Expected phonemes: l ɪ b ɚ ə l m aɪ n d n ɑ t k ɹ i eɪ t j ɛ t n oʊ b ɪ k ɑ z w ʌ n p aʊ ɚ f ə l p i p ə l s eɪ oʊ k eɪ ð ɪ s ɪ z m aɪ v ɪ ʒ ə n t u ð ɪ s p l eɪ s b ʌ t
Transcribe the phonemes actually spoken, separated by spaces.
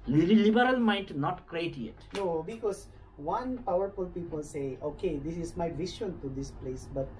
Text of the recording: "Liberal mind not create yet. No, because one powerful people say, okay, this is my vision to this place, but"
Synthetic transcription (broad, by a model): l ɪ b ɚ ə l m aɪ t n ɑ t k ɹ i eɪ t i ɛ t n oʊ b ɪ k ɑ s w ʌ n p aʊ ɚ f ə l p i p ə l s eɪ oʊ k eɪ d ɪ s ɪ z m aɪ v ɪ ʃ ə n t u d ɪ s p l eɪ s b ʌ t